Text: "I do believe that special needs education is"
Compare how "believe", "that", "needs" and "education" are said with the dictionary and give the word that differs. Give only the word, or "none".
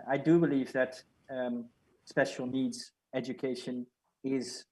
none